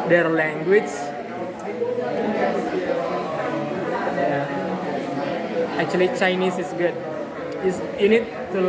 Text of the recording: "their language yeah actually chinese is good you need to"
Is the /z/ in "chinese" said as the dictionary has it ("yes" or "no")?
no